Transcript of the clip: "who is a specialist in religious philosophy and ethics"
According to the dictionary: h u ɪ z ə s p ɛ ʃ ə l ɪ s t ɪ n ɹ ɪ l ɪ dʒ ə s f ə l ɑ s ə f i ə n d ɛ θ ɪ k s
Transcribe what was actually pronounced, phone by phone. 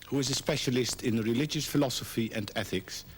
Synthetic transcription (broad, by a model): h u ɪ z ə s p ɛ ʃ ə l ɪ s t ɪ n ɹ ɪ l ɪ dʒ ə s f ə l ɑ s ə f i ə n d ɛ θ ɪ k s